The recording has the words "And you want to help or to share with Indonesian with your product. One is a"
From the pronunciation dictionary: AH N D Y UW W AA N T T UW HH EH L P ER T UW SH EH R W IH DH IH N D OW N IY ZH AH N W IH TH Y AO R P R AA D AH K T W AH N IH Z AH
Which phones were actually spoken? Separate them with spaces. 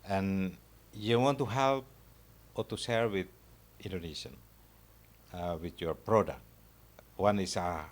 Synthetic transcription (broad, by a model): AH N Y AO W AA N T T UW HH EH L P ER T UW S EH R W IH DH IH N D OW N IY SH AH N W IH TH Y AO R P R AA D AH K T W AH N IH S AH